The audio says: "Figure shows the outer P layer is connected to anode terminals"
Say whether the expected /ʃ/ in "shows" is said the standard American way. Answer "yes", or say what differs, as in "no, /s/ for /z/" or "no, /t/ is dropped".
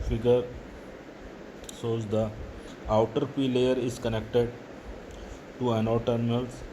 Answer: no, /s/ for /ʃ/